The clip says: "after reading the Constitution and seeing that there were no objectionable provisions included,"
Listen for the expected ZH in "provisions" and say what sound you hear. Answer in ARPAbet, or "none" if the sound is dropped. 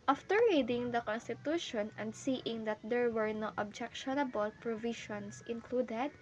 SH